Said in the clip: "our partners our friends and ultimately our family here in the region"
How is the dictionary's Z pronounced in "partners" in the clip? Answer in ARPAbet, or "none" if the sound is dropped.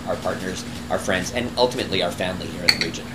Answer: Z